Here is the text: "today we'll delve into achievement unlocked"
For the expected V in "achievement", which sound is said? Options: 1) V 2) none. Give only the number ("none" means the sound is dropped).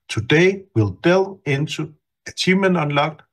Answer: 2